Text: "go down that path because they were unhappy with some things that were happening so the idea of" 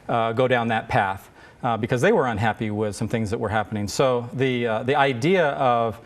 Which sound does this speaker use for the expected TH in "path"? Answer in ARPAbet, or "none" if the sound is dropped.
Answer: TH